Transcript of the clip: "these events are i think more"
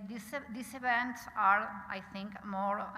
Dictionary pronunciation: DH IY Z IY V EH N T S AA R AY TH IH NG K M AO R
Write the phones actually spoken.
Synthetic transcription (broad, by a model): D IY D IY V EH N T S AA R AY T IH NG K M AO R